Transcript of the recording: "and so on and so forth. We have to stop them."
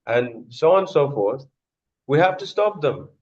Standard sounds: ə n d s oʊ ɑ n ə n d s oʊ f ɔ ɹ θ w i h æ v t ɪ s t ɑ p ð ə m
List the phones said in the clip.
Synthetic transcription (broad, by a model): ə n s oʊ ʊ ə n s oʊ f ɔ ɹ θ w i h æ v t ɪ s t ɑ p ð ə m